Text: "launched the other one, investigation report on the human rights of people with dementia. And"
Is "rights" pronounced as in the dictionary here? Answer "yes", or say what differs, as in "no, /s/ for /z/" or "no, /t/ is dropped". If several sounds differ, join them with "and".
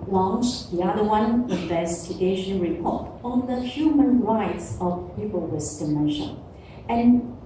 yes